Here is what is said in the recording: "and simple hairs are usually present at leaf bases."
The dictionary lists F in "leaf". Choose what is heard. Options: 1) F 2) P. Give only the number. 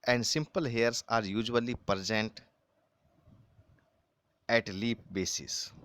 2